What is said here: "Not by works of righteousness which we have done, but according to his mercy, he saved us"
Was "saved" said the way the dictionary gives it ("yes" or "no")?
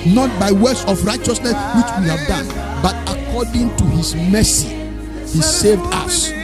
yes